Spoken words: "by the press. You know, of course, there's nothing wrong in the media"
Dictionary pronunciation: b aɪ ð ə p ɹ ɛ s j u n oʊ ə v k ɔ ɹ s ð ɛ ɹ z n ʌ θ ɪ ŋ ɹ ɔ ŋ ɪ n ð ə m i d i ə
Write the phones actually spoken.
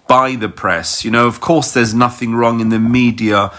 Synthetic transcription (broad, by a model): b aɪ ð ə p ɹ ɛ s j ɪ n oʊ ə v k ɔ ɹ s ð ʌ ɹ z n ʌ θ ɪ ŋ ɹ ɔ ŋ ɪ n ð ə m i d i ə